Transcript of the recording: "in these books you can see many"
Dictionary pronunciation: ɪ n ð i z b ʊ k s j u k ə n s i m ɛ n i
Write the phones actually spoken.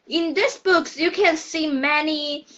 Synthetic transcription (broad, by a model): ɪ n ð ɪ s b ʊ k s j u k ə n s i m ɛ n i